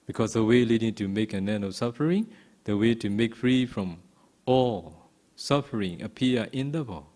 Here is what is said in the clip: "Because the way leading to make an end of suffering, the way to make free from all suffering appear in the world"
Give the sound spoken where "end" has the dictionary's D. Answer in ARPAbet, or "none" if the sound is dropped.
none